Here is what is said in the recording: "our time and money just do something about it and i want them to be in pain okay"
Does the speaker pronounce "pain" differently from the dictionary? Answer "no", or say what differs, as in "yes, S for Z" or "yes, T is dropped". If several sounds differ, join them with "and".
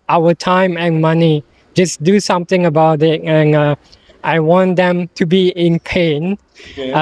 no